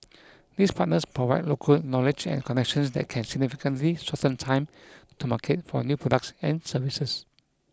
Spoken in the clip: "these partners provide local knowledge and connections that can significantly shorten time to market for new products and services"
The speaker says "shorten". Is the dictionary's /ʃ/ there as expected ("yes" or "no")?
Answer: no